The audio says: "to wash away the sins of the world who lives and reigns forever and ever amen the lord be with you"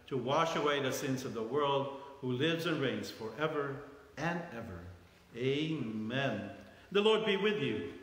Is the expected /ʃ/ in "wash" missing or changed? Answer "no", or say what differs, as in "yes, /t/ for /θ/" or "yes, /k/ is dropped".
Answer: no